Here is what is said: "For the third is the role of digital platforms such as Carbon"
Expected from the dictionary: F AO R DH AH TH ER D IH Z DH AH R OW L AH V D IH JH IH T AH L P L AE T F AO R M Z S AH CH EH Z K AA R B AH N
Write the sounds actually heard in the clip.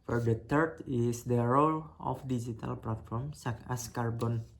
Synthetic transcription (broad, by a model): F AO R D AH T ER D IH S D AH R OW L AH F D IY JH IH T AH L P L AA T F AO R M S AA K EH S K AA R B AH N